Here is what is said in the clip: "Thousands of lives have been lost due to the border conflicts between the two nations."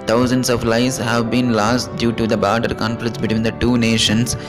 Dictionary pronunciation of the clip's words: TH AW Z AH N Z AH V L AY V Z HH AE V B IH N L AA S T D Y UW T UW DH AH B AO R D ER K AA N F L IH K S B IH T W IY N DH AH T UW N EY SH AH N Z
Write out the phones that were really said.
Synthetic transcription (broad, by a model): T AW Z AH N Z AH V L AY Z HH AE V B IH N L AA S T D Y UW T UW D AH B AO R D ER K AA N F L IH K S B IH T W IY N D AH T UW N EY SH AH N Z